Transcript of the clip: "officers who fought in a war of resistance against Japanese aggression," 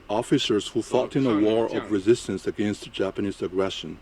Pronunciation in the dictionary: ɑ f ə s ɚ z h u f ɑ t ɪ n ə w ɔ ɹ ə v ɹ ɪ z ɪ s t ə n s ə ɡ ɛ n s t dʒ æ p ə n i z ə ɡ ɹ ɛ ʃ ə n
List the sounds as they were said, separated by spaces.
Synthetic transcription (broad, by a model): ɑ f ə s ɚ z h u f ɑ t ɪ n ə w ɔ ɹ ə v ɹ ɪ z ɪ s t ə n s ə ɡ ɛ n s t dʒ æ p ə n i z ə ɡ ɹ ɛ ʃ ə n